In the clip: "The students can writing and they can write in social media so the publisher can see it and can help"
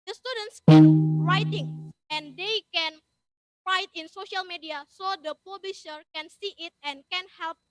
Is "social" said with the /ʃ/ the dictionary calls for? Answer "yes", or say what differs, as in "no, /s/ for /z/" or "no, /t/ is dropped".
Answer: yes